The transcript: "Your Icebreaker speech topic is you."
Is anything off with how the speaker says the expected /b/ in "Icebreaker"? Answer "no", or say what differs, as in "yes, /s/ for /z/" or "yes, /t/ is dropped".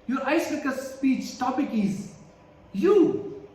yes, /b/ is dropped